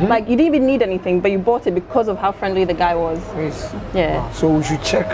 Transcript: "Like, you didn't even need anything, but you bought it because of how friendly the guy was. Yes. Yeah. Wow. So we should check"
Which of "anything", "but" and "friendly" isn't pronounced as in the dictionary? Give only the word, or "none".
none